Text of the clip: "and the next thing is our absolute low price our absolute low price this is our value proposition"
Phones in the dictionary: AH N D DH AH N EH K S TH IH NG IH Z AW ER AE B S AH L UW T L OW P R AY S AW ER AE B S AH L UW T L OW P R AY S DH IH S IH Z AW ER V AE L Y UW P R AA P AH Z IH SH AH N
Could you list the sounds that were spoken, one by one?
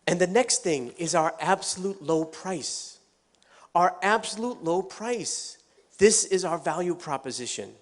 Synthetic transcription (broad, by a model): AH N DH AH N EH K S TH IH NG IH Z AW ER AE B S AH L UW T L OW P R AY S AW ER AE B S AH L UW T L OW P R AY S DH IH S IH Z AW ER V AE L Y UW P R AA P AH Z IH SH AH N